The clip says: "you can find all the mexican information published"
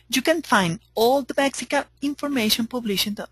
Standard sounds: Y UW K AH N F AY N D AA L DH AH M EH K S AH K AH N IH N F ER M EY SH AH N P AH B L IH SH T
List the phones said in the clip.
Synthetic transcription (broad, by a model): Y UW K AH N F AY N D AA L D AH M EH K S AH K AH IH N F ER M EY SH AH N P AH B L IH SH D